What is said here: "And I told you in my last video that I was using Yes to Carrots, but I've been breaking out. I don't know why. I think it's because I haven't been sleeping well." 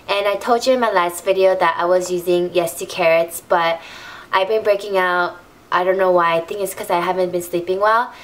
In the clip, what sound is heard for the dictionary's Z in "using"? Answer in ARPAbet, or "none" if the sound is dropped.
Z